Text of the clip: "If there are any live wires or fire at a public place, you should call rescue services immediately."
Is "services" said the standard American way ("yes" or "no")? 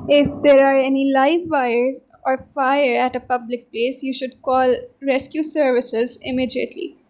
yes